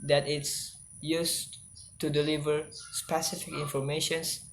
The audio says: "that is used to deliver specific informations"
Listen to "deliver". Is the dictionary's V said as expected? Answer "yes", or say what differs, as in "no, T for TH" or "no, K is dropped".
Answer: yes